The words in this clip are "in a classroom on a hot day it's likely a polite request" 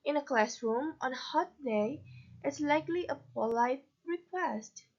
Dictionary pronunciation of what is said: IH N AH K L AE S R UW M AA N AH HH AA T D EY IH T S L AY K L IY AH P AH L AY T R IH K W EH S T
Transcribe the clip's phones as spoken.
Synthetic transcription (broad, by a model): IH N AH K L AE S R UW M AA N HH AA T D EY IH T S L AY K L IY AH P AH L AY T R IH K W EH S T